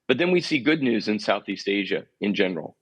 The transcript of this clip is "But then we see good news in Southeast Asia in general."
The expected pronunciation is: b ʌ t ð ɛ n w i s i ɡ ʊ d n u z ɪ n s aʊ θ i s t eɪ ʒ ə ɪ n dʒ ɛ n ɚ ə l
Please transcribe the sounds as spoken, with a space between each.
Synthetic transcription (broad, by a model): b ʌ t ð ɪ n w i s i ɡ ʊ d n u z ɪ n s aʊ θ i s t eɪ ʒ ə ɪ n dʒ ɛ n ɚ l